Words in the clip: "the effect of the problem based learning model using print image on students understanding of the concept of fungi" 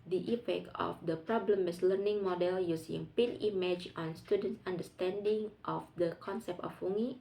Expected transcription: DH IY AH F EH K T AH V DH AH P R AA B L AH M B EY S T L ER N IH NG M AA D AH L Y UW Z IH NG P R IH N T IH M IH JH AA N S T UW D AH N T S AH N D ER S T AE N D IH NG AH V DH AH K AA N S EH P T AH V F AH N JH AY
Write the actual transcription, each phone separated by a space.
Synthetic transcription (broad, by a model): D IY AH F EH K T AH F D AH P R AA B L AH M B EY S L ER N IH NG M AA D AH L Y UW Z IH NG P IH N IY M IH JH AA N S T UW D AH N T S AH N D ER S T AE N D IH NG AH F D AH K AA N S EH P T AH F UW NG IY